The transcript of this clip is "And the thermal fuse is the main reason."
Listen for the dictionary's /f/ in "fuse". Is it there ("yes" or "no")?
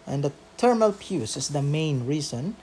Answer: no